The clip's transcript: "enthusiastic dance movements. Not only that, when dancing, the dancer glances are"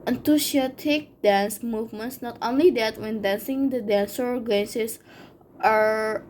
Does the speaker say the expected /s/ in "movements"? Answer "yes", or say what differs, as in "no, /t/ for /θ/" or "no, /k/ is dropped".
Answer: yes